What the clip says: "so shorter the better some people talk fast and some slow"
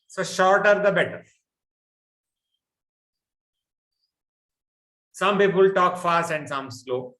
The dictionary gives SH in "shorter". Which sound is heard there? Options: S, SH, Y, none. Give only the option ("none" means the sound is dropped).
SH